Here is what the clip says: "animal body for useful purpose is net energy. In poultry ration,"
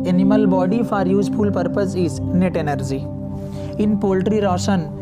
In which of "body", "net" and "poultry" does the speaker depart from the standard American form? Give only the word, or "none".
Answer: none